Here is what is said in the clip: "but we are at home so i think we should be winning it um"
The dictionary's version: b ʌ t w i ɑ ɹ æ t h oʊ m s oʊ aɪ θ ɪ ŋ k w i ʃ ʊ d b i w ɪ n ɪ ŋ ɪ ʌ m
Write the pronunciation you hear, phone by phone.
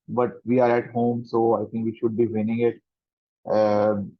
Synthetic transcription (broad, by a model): b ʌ t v i ɑ ɹ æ t h oʊ m s oʊ aɪ t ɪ ŋ k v i ʃ ʊ d b i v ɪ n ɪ ŋ ɪ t